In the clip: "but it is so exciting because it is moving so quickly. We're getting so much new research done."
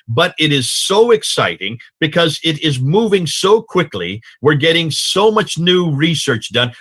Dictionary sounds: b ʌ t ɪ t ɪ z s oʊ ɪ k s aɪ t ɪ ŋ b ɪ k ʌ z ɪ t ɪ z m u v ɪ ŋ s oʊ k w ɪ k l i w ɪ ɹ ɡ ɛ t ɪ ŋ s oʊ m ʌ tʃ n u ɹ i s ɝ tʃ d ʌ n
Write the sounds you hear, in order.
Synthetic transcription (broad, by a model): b ʌ t ɪ t ɪ z s oʊ ɪ k s aɪ t ɪ ŋ b ɪ k ʌ z ɪ t ɪ z m u v ɪ ŋ s oʊ k w ɪ k l i w ɪ ɹ ɡ ɛ t ɪ ŋ s oʊ m ʌ tʃ n u ɹ i s ɝ tʃ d ʌ n